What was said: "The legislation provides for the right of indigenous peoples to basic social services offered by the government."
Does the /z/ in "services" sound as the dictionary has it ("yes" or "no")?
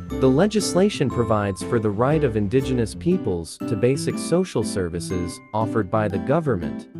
yes